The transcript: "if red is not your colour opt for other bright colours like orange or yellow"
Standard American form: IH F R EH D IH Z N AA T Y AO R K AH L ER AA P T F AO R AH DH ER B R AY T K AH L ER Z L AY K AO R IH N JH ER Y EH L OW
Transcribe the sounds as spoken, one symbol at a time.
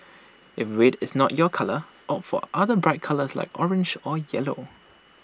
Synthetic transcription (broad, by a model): IH F W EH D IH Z N AA T Y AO K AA L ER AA T F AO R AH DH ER B R AY T K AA L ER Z L AY K AO R IH N JH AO Y EH L OW